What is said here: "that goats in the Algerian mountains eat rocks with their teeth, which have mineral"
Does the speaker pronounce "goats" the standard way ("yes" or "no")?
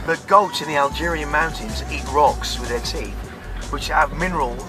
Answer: no